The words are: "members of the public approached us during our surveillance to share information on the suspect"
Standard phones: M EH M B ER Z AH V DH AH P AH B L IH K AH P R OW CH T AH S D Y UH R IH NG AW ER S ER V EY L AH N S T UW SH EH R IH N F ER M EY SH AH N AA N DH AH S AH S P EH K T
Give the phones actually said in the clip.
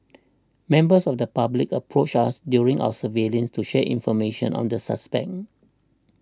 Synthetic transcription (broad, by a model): M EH M B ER S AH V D AH P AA B L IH K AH P R OW CH AA S D Y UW R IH NG AW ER S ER V EY L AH N S T UW SH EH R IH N F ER M EY SH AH N AA N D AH S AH S P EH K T